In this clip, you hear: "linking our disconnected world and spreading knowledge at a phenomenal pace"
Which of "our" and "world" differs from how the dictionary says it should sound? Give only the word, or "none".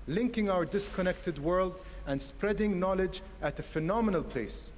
none